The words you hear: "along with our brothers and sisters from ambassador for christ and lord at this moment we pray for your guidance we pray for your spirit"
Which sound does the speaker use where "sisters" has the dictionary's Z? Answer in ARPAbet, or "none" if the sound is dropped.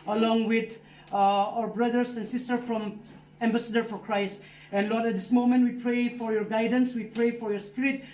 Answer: none